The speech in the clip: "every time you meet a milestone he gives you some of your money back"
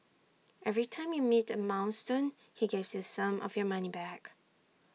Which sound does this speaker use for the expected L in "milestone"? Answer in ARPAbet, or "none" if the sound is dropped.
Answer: N